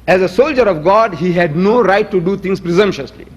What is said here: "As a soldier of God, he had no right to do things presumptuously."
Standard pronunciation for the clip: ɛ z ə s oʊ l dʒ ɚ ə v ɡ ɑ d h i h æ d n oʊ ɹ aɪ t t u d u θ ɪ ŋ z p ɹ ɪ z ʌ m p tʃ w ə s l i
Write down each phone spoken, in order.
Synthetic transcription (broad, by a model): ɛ z ə s oʊ l dʒ ɚ ə v ɡ ɑ d h i h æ d n oʊ ɹ aɪ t t u d u t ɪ ŋ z p ɹ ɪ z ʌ m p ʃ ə s l i